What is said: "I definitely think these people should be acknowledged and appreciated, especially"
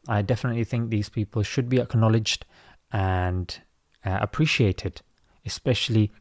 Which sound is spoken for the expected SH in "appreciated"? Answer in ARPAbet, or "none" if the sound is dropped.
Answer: SH